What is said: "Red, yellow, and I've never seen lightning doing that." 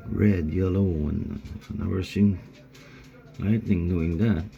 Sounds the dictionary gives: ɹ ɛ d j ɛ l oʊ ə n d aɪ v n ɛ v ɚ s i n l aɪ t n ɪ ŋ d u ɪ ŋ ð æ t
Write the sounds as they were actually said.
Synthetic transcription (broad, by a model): ɹ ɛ d j ɛ l oʊ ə n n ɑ w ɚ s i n l aɪ t n ɪ ŋ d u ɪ ŋ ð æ t